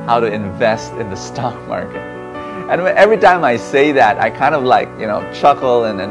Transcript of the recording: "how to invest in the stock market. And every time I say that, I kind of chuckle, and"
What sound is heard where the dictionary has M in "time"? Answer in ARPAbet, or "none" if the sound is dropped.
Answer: M